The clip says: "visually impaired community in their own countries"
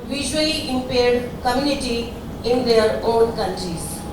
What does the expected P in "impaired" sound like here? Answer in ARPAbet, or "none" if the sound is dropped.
P